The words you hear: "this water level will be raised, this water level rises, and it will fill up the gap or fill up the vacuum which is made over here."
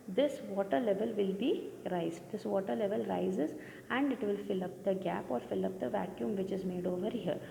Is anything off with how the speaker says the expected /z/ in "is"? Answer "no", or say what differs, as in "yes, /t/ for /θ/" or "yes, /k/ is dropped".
no